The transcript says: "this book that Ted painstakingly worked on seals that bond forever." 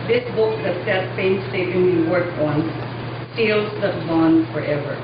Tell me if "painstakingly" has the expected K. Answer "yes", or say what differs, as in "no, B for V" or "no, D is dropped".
no, K is dropped